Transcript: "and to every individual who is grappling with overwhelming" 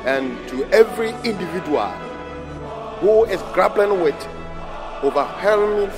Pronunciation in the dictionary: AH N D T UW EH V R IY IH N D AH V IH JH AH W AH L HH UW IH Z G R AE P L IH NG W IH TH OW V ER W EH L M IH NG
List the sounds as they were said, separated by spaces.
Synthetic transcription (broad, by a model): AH N T UW EH V R IY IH N D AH V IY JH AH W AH L HH UW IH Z G R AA B L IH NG W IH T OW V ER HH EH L M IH